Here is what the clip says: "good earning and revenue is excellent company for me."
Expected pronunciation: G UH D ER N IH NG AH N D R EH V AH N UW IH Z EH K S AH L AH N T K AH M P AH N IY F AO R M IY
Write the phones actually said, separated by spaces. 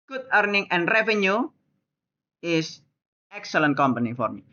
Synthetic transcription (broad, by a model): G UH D ER N IH NG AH N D R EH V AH N UW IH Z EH K S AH L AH N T K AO M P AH N IY F AO R M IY